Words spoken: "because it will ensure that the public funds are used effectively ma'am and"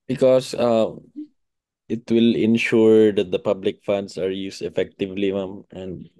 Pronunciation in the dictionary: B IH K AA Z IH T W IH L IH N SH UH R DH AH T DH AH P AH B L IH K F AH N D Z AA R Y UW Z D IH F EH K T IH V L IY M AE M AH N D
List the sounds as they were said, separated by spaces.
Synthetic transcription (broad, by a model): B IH K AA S IH T W IH L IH N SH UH R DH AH T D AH P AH B L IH K F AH N D S AA R Y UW S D IH F EH K T IH V L IY M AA M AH N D